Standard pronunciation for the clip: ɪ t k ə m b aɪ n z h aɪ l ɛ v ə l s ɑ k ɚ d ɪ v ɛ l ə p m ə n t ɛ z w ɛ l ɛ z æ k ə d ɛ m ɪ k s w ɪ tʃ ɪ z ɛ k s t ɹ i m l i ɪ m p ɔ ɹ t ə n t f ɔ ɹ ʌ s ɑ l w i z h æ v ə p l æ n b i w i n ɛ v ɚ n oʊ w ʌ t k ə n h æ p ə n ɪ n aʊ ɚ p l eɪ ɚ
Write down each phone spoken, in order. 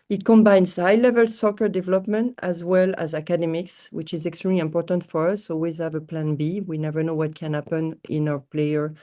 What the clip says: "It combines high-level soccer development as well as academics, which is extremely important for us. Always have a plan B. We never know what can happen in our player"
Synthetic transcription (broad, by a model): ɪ t k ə m b aɪ n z h aɪ l ɛ v ə l s ɑ k ɚ d ɪ v ɛ l ə p m ə n t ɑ z w ɛ l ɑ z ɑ k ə d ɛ m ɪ k s w ɪ tʃ ɪ z ɛ k s t ɹ i m l i ɪ m p ɔ ɹ t ə n t f ɔ ɹ ʌ s ɑ l w i z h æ v ə p l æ n b i w i n ɛ v ɚ n oʊ w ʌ t k ə n h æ p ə n ɪ n aʊ ɚ p l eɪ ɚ